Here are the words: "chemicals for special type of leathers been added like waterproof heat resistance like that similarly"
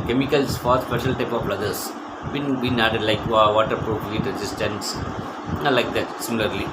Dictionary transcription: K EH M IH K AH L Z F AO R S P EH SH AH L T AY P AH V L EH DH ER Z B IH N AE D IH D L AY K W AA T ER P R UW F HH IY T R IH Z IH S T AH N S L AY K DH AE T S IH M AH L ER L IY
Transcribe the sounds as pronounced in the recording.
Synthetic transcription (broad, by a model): K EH M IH K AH L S F AO R S P EH SH AH L T AY P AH B L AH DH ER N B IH N AE D IH D L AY K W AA T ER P R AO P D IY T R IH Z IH S T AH N S L AY K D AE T S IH M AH L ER L IY